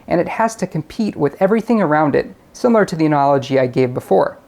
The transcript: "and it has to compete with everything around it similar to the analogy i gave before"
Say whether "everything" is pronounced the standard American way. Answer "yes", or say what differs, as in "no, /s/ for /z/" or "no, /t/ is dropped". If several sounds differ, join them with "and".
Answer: yes